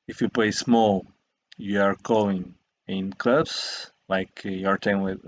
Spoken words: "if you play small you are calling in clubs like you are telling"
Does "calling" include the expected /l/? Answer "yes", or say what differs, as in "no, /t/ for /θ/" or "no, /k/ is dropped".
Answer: no, /l/ is dropped